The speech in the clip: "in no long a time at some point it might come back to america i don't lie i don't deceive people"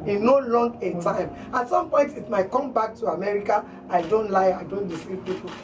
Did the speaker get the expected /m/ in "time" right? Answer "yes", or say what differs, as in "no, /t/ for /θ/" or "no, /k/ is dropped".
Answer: yes